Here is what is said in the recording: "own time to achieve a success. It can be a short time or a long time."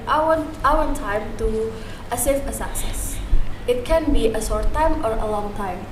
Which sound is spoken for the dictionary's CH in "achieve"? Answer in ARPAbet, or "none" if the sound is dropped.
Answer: S